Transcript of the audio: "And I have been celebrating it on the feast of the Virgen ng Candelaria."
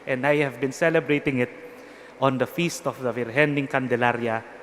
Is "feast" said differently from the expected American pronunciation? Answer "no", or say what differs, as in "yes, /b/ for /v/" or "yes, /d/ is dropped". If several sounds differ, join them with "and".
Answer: no